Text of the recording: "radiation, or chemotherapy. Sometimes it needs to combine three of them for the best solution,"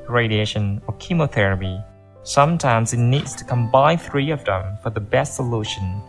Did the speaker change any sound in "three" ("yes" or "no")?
no